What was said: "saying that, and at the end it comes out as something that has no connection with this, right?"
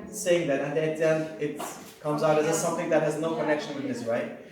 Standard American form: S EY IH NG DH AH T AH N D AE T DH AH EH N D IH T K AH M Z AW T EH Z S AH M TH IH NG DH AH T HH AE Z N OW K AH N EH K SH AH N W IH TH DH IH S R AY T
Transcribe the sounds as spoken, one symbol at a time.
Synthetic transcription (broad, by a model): S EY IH NG DH AH T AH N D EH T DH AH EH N IH T K AH M Z AW T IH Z S AH M TH IH NG DH AH T HH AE Z N OW K AH N EH K SH AH N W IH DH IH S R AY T